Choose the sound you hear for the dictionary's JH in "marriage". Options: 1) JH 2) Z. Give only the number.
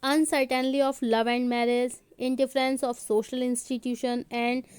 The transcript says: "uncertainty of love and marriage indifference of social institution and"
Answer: 2